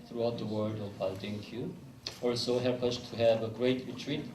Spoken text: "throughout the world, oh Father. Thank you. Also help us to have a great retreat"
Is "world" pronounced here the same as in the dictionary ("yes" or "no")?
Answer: no